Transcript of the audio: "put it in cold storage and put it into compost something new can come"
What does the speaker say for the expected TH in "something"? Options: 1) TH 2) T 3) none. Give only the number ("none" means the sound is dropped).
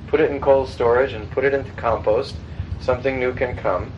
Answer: 1